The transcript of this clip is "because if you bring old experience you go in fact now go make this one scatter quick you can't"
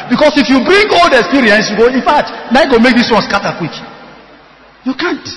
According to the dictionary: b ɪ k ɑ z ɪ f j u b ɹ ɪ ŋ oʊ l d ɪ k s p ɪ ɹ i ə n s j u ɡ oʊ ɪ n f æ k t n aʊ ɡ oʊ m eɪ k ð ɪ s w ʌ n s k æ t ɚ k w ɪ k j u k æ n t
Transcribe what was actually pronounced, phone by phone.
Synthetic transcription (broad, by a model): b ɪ k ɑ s ɪ f j u b ɹ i ŋ oʊ l d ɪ k s p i ɹ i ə n s j u ɡ oʊ ɪ n f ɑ t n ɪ ɡ oʊ m eɪ k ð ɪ s w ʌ n s k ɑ t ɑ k w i k j u k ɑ n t